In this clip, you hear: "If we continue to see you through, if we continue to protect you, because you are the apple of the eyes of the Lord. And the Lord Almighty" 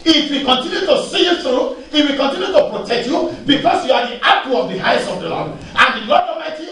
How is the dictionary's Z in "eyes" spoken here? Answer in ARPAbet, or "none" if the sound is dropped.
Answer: S